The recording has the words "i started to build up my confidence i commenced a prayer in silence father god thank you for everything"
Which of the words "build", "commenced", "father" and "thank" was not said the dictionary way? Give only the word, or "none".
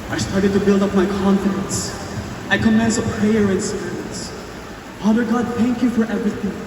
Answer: commenced